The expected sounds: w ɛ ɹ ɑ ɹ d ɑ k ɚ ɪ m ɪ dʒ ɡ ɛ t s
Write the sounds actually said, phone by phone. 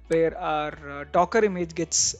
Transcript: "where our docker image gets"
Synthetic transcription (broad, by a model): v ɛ ɹ ɑ ɹ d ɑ k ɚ ɪ m ɪ dʒ ɡ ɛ t s